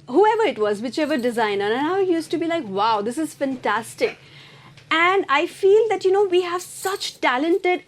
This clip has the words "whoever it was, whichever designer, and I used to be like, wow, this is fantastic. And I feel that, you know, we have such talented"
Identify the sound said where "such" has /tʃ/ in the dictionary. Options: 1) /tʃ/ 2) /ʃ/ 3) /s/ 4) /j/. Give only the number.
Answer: 1